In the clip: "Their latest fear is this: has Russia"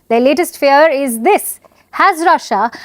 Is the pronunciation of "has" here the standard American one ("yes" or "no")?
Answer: yes